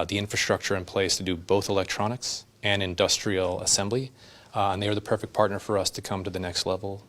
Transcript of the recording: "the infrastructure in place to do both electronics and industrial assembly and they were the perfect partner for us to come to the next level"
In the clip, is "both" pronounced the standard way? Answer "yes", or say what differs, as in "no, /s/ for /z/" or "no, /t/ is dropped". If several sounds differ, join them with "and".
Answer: yes